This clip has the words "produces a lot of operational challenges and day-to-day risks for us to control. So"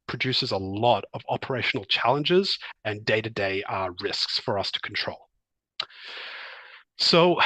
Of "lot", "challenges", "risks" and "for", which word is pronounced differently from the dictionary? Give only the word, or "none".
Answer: none